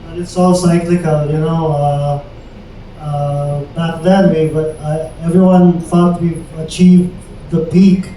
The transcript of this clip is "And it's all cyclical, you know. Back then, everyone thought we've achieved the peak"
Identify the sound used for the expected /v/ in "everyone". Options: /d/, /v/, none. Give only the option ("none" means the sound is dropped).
/v/